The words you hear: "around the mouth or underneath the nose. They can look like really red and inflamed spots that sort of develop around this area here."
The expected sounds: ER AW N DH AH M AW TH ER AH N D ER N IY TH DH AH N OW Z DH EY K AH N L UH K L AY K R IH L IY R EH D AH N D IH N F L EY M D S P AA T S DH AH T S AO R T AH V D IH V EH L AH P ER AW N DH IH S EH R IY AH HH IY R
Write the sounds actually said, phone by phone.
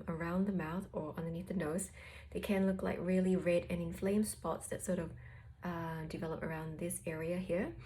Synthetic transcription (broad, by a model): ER AW N DH AH M AW TH ER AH N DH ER N IY TH DH AH N OW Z DH EY K AH N L UH K L AY K R IH L IY R EH D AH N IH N F L EY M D S P AA T S DH AH T S AO R T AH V D IH V EH L AH P ER AW N DH IH S EH R IY AH HH IY R